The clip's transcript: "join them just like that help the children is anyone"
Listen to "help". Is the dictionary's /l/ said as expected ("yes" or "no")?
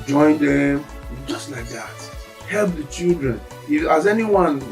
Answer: yes